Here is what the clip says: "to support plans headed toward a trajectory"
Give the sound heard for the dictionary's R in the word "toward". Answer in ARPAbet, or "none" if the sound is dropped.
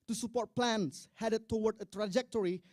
W